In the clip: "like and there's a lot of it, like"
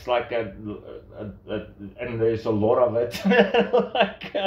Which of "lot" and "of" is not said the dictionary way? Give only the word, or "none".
none